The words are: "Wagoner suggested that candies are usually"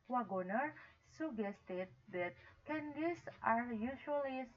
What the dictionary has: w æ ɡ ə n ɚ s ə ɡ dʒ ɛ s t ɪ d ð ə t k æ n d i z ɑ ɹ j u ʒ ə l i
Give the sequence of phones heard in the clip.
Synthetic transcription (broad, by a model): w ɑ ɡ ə n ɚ s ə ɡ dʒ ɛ s t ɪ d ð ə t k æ n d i s ɑ ɹ j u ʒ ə l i